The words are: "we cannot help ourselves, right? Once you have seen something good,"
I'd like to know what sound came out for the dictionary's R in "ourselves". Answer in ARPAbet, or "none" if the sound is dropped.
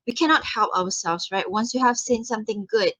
W